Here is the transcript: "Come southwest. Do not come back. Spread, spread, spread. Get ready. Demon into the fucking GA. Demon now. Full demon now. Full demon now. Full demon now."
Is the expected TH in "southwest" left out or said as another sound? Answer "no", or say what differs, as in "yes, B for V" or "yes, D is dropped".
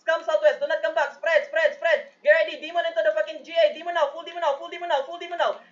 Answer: yes, T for TH